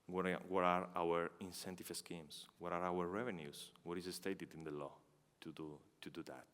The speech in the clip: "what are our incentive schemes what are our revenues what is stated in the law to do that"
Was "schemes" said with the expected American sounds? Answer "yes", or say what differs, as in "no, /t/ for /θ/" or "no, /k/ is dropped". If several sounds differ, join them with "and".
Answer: no, /s/ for /z/